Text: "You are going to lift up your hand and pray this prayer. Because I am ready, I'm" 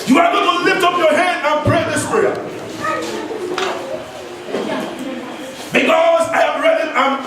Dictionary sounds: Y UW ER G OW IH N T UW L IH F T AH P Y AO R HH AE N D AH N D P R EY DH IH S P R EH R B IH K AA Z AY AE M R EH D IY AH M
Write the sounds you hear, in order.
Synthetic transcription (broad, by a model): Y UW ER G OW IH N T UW L IH F T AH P Y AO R HH AE N D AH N P R EY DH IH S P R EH B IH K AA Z AY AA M R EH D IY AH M